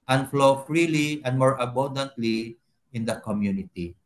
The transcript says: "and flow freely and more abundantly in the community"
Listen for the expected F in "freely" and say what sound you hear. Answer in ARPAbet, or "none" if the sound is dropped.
F